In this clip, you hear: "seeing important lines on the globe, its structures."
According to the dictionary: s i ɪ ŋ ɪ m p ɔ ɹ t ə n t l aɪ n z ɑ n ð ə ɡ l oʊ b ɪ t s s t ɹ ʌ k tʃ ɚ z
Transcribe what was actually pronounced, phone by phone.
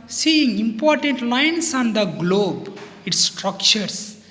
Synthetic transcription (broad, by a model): s i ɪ ŋ ɪ m p ɔ ɹ t ə n t l aɪ n s ɑ n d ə ɡ l oʊ b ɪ t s s t ɹ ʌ k tʃ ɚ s